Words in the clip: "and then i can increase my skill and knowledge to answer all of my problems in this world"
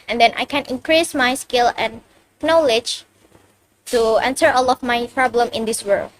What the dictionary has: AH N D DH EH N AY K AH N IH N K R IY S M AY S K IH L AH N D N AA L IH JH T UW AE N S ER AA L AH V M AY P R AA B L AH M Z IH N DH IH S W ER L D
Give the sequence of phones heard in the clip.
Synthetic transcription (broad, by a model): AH N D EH N AY K AH N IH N K R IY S M AY S K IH L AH N N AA L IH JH T UW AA N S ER AA L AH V M AY P R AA B L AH M IH N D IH S W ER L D